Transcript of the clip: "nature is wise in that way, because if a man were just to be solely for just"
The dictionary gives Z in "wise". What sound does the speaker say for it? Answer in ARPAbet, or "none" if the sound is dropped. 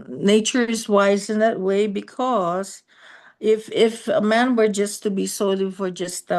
Z